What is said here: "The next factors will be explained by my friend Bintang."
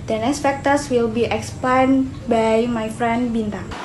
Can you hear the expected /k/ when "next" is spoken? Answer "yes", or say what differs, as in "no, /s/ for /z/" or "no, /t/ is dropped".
no, /k/ is dropped